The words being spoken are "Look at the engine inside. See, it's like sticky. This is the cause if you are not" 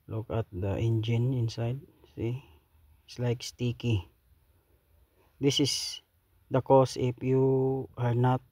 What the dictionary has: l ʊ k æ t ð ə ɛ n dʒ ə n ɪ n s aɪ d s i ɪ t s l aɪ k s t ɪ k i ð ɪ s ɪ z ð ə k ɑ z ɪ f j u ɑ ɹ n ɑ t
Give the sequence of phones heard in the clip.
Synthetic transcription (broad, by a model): l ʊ k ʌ t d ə ɛ n dʒ ə n ɪ n s aɪ d s i ɪ t s l aɪ k s t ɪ k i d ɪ s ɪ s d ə k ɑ s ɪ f j u ɑ ɹ n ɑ t